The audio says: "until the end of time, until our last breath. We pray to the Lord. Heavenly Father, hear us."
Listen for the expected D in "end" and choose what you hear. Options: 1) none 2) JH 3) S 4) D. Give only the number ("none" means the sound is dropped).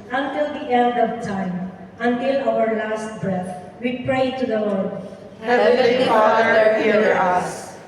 4